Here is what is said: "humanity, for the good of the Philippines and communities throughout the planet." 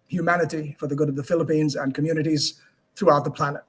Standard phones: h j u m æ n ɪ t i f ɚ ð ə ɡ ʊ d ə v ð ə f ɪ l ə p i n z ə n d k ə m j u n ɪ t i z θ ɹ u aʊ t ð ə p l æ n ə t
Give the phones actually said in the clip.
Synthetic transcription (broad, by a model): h j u m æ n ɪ t i f ɚ ð ə ɡ ʊ d ə v ð ə f ɪ l ə p i n z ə n k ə m j u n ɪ t i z θ ɹ u aʊ t ð ə p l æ n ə t